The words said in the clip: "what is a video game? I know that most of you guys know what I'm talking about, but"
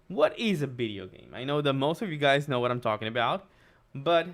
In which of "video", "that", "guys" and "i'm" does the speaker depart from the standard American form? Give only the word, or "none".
none